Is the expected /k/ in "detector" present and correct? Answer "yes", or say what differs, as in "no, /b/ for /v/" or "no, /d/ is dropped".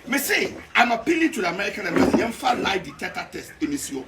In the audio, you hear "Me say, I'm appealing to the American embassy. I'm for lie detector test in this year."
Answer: no, /k/ is dropped